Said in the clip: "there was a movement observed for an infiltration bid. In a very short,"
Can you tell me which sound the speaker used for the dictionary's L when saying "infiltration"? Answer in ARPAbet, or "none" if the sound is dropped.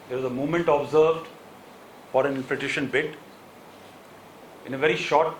none